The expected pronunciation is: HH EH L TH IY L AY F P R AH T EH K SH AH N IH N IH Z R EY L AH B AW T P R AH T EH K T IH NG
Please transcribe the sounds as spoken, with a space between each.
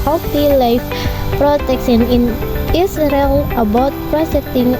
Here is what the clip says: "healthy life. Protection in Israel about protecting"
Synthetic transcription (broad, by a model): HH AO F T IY L AY F P R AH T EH K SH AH N IH N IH S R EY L AH B AW T P R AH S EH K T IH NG